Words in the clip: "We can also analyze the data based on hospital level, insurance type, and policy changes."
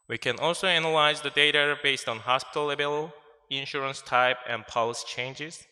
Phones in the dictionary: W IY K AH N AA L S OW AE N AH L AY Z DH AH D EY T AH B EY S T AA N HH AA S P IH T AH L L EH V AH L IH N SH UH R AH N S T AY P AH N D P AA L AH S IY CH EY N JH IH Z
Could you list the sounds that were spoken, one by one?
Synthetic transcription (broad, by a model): W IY K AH N AA L S OW AE N AH L AY Z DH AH D EY T AH B EY S T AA N HH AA S P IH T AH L L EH B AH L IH N SH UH R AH N S T AY P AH N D P AA L AH S IY CH EY N JH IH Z